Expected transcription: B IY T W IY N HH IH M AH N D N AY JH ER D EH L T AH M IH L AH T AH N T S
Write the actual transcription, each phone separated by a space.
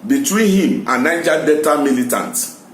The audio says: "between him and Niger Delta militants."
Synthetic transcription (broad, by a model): B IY T W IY N HH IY M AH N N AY JH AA D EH T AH M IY L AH T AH N T